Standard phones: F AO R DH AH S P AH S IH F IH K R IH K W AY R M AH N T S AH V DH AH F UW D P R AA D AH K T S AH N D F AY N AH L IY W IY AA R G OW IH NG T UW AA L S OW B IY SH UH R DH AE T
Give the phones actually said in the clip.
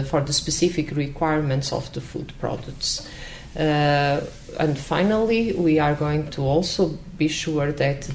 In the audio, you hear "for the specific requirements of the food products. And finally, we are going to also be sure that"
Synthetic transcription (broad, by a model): F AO R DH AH S P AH S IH F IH K R IH K W AY R M AH N T S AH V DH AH F UW D P R AA D AH K T S AH N D F AY N AH L IY W IY AA R G OW IH NG T UW AA L S OW B IY SH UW R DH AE T